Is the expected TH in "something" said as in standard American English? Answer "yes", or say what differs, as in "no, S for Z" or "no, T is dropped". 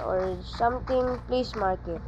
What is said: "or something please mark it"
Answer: no, T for TH